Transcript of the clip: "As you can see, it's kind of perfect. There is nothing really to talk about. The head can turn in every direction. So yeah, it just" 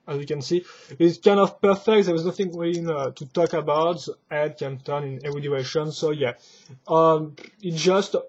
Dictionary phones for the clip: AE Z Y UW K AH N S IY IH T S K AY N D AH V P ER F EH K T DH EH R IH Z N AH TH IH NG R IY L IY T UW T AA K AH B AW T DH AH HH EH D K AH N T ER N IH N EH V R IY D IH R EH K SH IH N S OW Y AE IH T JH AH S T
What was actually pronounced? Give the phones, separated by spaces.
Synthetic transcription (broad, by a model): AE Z Y UW K AH N S IY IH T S K AY N D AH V P ER F EH K T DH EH W IH Z N AH TH IH NG W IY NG T UW T AA K AH B AW T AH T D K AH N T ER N IH N EH V R IY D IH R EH SH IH N S OW Y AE IH T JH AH S T